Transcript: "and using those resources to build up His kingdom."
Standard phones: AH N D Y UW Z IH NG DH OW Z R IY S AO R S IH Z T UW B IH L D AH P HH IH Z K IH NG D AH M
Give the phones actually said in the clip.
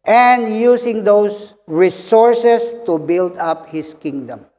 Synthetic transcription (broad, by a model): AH N D Y UW S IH NG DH OW S R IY S AO R S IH S T UW B IH L D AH P HH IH S K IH NG D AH M